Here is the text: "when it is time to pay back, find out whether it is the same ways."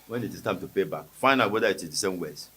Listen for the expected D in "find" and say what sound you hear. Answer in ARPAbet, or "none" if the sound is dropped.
none